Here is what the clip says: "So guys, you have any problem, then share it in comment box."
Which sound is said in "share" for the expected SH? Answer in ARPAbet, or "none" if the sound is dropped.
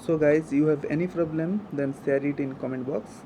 S